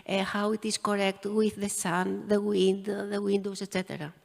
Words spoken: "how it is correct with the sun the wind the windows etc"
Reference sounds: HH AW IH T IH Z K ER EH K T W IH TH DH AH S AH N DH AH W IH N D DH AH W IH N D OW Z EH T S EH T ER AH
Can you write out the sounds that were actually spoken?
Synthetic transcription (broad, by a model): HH AW IH T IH S K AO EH K T W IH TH DH AH S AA N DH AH W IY N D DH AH W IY N D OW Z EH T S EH T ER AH